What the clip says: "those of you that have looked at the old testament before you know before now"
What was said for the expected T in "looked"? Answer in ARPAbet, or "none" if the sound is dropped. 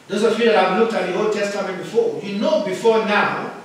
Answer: T